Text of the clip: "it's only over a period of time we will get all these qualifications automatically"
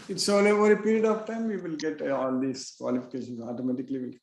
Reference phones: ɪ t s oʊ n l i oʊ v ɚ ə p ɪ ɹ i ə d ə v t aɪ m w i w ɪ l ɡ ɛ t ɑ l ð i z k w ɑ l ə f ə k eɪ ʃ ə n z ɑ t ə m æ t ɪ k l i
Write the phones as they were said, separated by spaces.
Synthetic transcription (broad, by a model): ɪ t s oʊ l oʊ v ɚ ə p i ɹ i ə d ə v t aɪ m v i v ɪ l ɡ ɛ t ɑ l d i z k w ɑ l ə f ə k eɪ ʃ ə n s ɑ t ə m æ t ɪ k l i